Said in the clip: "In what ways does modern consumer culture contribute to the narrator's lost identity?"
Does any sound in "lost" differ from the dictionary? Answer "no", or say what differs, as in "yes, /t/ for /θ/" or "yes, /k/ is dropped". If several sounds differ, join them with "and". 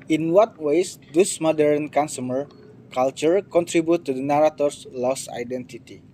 yes, /t/ is dropped